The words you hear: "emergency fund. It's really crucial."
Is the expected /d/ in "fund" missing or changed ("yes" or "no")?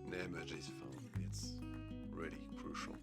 yes